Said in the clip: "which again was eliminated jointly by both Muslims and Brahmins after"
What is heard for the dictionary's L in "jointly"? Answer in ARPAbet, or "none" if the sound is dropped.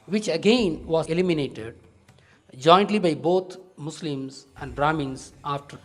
L